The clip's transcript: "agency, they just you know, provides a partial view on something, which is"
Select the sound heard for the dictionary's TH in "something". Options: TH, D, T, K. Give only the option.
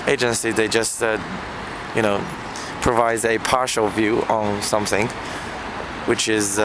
TH